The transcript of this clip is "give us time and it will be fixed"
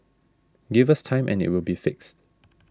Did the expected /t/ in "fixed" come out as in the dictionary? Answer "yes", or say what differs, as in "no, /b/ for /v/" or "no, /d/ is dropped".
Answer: yes